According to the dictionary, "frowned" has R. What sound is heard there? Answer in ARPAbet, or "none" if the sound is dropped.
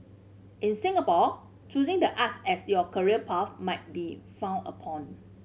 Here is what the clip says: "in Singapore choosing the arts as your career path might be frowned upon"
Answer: none